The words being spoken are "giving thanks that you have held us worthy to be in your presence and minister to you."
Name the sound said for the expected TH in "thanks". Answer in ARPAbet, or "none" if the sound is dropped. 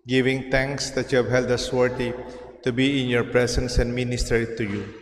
T